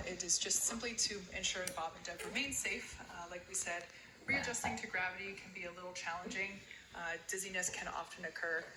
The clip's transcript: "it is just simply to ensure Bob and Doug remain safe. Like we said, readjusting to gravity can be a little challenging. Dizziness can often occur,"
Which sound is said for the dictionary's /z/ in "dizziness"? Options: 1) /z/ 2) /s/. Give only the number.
1